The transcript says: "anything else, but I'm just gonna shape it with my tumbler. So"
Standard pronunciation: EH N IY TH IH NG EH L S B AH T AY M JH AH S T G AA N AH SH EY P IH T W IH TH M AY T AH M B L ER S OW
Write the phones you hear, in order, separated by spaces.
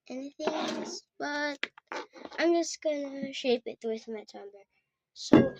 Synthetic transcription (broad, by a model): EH N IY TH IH NG EH L S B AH T AY M JH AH S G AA N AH SH EY P IH T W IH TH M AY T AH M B ER S OW